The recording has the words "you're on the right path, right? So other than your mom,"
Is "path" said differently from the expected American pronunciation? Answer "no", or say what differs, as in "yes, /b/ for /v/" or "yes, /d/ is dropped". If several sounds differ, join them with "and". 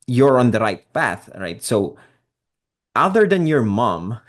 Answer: no